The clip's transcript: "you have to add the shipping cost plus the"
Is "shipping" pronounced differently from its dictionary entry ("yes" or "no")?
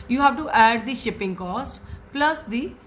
no